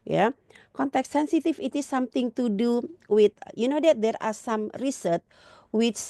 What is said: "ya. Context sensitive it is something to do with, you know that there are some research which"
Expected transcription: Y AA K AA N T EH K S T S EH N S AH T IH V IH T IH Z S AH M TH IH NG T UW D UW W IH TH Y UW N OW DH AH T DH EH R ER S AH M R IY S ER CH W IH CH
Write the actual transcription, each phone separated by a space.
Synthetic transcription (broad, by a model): Y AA K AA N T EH K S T S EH N S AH T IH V IH T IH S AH M T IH NG T UW D UW W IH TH Y UW N OW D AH T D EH R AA S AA M R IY S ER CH W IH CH